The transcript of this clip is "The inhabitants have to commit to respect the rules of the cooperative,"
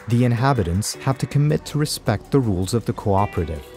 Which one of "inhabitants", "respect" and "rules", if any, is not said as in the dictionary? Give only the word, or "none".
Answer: none